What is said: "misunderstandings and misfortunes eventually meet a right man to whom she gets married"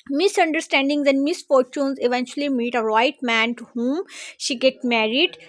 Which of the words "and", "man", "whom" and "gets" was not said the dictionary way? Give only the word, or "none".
gets